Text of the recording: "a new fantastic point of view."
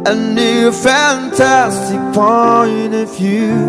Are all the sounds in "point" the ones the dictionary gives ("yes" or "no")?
no